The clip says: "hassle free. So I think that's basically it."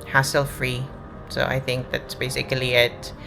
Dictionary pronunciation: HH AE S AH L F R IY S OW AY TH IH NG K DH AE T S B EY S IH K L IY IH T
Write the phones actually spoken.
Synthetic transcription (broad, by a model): HH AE S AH L F R IY S OW AY TH IH NG K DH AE T S B EY S IH K L IY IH T